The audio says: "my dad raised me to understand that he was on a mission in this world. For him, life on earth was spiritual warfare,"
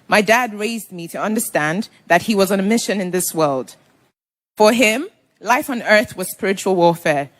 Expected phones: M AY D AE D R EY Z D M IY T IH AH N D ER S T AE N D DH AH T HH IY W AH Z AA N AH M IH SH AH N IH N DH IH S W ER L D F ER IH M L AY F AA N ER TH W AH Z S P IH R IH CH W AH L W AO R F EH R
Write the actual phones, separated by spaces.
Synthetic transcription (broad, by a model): M AY D AE D R EY Z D M IY T IH AH N D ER S T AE N DH AH T HH IY W AH Z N AH M IH SH AH N IH N DH IH S W ER L D F ER IH M L AY F N ER TH W AH Z S P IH R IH CH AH L W AO R F EH R